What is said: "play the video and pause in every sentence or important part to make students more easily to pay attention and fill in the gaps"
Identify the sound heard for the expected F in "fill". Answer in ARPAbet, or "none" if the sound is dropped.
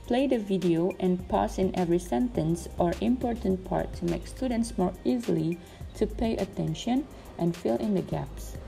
F